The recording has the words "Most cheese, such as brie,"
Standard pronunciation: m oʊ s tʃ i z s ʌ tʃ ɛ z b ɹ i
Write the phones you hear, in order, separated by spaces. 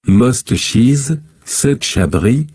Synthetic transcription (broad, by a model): m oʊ s tʃ i z s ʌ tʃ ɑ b ɹ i